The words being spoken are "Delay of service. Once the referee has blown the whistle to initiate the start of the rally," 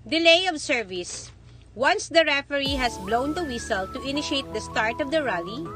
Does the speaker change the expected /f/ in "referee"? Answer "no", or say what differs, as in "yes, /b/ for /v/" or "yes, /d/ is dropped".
no